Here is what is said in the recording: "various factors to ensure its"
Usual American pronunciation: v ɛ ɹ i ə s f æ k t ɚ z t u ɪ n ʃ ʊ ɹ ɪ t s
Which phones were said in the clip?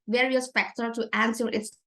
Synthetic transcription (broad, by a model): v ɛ ɹ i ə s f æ k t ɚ t u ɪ n s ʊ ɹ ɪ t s